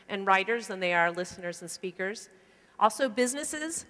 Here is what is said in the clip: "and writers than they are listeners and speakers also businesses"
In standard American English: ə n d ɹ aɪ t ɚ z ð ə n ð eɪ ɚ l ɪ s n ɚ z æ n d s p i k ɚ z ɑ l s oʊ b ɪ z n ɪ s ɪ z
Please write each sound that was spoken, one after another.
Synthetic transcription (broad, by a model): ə n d ɹ aɪ t ɚ z ð ə n ð eɪ ɚ l ɪ s n ɚ z n s p i k ɚ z ɑ l s oʊ b ɪ z n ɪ s ɪ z